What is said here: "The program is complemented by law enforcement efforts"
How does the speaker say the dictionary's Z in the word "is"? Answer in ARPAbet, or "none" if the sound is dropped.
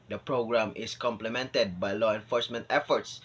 S